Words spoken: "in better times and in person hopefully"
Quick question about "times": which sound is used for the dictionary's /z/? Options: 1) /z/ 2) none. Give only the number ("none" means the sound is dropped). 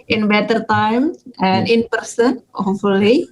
2